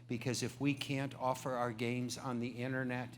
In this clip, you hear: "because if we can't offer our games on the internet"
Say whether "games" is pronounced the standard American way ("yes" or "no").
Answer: yes